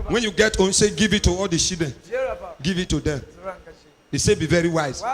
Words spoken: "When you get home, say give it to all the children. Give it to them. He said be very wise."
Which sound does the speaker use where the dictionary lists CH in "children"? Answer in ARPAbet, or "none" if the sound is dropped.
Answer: SH